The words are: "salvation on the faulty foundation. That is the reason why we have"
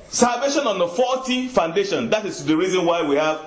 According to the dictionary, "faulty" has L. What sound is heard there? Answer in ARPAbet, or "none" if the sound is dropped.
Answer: none